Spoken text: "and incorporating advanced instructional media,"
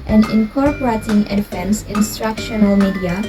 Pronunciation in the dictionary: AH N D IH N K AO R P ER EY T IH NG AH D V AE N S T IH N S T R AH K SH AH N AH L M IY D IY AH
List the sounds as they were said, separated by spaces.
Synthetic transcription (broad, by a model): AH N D IH N K AO R P ER EY T IH NG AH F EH N S IH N S T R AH K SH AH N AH L M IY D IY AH